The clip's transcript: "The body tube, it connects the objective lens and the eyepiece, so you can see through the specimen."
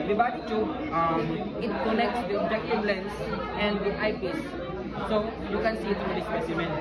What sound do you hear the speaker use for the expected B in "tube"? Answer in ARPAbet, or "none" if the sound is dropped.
none